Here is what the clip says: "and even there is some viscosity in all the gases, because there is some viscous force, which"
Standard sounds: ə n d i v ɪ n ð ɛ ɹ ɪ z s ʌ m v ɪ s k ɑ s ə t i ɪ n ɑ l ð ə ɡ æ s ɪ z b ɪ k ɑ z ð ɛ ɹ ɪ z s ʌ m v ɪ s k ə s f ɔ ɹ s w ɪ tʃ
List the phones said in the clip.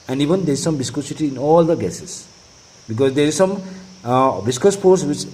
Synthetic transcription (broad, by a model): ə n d i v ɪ n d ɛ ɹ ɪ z s ʌ m b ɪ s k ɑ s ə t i n ɑ l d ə ɡ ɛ s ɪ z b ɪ k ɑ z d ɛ ɹ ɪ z s ʌ m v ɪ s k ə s p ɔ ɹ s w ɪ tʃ